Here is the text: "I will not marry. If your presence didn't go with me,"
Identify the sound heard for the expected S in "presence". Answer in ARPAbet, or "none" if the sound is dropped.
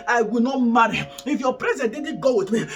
none